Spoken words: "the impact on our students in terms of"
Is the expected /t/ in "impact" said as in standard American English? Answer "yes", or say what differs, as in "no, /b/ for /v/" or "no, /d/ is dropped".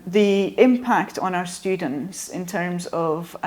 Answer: yes